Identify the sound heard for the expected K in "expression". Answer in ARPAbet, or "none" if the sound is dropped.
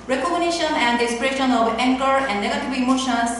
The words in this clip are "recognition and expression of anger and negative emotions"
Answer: none